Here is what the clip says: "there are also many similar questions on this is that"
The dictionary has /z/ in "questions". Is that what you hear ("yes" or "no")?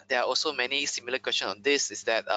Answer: no